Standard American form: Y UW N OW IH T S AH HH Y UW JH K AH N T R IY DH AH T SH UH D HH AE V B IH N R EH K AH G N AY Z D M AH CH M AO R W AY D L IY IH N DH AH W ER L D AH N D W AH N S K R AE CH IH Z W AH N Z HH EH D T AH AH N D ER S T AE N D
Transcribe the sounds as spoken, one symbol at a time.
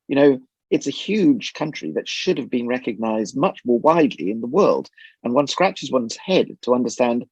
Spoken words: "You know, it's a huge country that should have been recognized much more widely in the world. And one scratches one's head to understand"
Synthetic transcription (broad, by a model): Y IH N OW IH T S AH HH Y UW ZH K AH N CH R IY DH AH T SH UH D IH V B IH N R EH K AH G N AY Z D M AH CH M AO R W AY D L IY IH N DH AH W ER L D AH N W AH N S K R AE CH IH Z W AH N Z HH EH D T AH AH N D ER S T AE N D